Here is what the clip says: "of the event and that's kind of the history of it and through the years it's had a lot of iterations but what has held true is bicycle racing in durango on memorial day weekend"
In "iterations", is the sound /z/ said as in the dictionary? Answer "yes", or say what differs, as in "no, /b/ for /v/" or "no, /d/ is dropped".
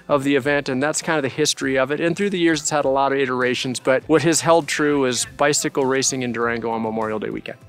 yes